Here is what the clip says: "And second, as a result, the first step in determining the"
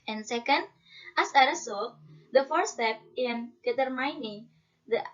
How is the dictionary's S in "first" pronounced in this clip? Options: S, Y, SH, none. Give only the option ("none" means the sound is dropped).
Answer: none